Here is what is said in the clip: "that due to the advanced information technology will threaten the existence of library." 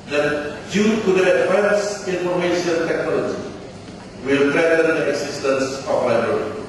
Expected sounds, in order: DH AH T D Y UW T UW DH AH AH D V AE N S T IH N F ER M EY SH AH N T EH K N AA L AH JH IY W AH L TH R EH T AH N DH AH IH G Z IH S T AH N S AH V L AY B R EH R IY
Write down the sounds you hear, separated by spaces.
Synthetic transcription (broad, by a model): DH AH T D Y UW T UW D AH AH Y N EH N S IY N F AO M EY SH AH N T EH K N AA L AH JH IY W AH L T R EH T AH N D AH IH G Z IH S T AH N S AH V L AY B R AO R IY